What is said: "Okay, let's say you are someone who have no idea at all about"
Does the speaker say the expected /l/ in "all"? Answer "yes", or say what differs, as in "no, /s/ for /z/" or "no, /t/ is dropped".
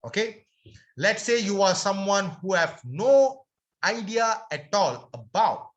yes